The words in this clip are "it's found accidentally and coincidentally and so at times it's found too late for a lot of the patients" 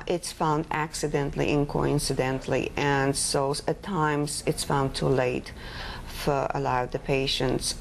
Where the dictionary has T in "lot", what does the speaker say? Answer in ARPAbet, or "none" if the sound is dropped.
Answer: none